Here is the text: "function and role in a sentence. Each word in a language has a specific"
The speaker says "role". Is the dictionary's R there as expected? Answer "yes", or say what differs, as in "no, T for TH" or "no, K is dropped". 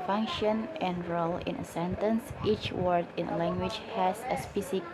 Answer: yes